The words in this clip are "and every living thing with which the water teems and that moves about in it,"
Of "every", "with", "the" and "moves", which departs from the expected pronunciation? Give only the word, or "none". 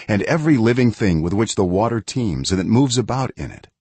none